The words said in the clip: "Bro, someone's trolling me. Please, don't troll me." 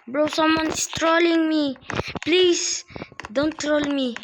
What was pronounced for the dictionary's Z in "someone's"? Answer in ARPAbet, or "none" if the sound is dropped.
S